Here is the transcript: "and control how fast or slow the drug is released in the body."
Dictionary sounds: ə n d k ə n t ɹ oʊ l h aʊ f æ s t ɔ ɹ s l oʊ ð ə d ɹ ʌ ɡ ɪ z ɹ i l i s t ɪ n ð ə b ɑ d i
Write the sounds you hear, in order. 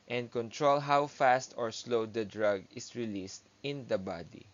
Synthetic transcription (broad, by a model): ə n d k ə n t ɹ oʊ l h aʊ f æ s t ɔ ɹ s l oʊ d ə d ɹ ʌ ɡ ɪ s ɹ i l i s t ɪ n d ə b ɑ d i